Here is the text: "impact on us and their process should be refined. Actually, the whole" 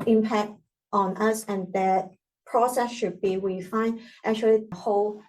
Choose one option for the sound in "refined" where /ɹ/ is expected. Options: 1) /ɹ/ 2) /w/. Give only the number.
2